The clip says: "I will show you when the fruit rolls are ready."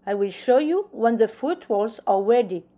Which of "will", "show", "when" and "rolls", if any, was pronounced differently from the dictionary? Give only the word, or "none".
rolls